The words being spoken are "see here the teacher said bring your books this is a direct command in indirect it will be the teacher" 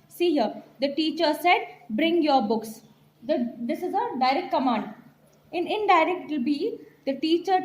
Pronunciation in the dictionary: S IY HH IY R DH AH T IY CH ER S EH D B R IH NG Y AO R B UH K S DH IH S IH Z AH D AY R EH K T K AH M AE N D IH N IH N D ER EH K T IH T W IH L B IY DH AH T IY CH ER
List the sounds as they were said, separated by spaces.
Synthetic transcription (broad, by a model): S IY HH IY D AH T IY CH ER S EH D B R IH NG Y AO R B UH K S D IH S IH Z AH D AY R EH K T K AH M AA N D IH N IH N D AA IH T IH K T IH L B IY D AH T IY CH ER